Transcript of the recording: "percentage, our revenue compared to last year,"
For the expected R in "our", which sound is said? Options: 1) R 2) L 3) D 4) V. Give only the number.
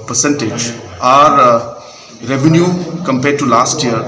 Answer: 1